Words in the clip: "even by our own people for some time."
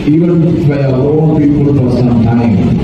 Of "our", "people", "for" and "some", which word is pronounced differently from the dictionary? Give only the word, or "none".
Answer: our